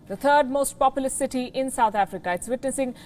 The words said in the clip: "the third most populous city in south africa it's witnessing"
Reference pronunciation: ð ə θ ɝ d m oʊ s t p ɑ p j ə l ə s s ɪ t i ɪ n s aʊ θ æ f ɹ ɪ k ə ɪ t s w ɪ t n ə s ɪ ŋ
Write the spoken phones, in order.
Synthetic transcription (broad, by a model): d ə t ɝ d m oʊ s t p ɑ p j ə l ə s s ɪ t i ɪ n s aʊ t æ f ɹ ɪ k ə ɪ t s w ɪ t n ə s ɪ ŋ